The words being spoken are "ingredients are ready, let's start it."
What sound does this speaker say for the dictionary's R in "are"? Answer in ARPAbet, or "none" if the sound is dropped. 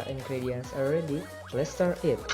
L